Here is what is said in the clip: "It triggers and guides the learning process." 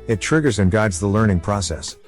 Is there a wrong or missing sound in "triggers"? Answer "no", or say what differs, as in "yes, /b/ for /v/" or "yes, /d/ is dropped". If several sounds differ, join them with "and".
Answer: no